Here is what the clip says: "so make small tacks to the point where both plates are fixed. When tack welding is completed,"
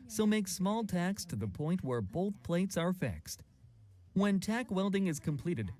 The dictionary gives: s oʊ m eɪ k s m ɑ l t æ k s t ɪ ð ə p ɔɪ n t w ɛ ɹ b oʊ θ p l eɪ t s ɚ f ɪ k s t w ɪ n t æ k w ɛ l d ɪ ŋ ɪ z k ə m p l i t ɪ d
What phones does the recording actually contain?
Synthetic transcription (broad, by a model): s oʊ m eɪ k s m ɑ l t æ k s t ɪ ð ə p ɔɪ n t w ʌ ɹ b oʊ θ p l eɪ t s ɚ f ɪ k s t w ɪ n t æ k w ɛ l d ɪ ŋ ɪ z k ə m p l i t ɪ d